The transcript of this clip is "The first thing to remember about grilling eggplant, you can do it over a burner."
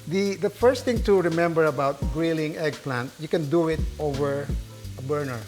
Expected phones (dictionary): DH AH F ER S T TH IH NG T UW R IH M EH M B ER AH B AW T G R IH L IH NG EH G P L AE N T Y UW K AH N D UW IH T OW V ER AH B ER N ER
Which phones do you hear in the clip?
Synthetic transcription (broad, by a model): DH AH F ER S T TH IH NG T UW R IH M EH M B ER AH B AW T G R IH L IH NG EH G P L AE N T Y UW K AH N D UW IH T OW V ER AH B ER N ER